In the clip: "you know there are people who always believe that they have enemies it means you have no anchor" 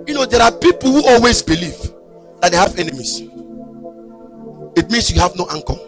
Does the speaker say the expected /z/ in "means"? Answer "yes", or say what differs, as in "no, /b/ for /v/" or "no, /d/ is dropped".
no, /s/ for /z/